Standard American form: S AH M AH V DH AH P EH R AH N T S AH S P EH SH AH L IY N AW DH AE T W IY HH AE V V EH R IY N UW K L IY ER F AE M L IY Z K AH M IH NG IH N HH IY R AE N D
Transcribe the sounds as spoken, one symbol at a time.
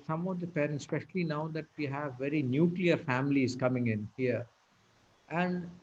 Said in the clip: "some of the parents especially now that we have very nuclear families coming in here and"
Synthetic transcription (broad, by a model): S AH M AH V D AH P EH R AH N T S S P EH SH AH L IY N AW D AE T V IY HH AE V V EH R IY N UW K L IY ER F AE M L IY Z K AH M IH NG IH N HH IY R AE N D